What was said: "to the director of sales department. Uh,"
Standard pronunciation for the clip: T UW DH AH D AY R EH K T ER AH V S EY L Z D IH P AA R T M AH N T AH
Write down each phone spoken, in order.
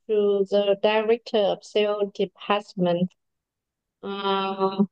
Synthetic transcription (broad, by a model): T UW DH AH D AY R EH K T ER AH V S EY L D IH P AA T M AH N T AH